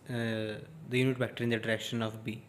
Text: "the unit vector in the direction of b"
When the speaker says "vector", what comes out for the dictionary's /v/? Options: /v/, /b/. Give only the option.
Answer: /b/